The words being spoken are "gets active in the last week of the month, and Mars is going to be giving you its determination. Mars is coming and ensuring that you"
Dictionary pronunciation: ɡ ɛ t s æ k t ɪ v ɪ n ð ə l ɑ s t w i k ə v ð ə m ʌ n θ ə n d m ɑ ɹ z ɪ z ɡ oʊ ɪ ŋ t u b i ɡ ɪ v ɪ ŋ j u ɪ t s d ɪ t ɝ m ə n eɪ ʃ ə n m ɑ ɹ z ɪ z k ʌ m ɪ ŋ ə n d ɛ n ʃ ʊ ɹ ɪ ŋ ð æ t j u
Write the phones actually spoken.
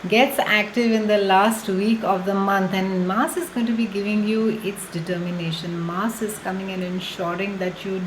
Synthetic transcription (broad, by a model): ɡ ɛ t s æ k t ɪ v ɪ n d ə l ɑ s t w i k ə v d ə m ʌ n t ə n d m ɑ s ɪ z ɡ oʊ ɪ ŋ t u b i ɡ ɪ v ɪ ŋ j u ɪ t s d ɪ t ɝ m ə n eɪ ʃ ə n m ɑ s ɪ z k ʌ m ɪ ŋ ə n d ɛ n ʃ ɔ ɹ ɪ ŋ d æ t j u